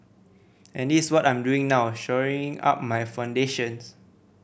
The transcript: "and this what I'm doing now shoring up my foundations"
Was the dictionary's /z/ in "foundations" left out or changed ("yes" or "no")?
yes